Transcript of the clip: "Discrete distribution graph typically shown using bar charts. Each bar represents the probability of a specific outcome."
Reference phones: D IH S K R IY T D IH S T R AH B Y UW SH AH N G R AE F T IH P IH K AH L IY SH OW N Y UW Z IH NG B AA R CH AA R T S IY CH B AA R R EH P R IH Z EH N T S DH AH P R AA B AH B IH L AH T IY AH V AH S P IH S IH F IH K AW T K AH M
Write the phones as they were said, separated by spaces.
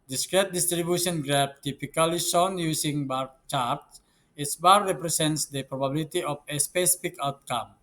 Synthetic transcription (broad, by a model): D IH S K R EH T D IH S T R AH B Y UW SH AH N G R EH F T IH P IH K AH L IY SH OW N Y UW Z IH NG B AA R CH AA R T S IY S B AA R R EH P R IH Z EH N T S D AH P R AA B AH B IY L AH T IY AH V AH S P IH S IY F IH K AW T K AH M